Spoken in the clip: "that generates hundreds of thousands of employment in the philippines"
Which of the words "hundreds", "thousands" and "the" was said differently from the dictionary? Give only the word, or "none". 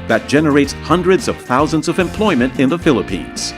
none